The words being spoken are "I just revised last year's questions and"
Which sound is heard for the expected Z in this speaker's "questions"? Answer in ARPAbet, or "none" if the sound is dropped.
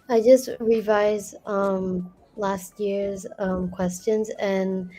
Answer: Z